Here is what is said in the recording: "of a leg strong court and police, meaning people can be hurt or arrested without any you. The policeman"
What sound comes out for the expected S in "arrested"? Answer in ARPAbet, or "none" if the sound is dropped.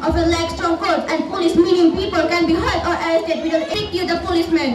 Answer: none